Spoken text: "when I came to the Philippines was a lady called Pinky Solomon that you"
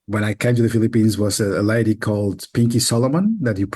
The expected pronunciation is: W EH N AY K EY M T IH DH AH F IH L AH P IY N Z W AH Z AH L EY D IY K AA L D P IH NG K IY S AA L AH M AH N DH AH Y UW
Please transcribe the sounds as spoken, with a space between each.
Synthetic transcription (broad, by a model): W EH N AY K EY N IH DH AH F IH L AH P IY N Z W AH Z AH L EY D IY K AA L D P IH NG K IY S AA L AH M AH N DH AH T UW